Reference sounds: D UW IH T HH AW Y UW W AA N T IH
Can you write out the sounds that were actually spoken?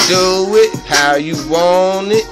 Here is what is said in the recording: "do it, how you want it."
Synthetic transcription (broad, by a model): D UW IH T HH AW Y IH W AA N IH